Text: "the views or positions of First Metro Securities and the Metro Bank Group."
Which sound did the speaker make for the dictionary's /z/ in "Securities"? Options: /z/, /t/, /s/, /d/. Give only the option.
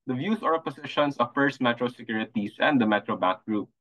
/s/